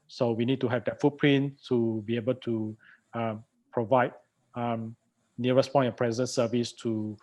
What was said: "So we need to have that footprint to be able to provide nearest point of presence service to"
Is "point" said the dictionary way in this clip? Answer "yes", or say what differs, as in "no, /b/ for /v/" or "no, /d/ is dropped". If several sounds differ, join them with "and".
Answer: no, /t/ is dropped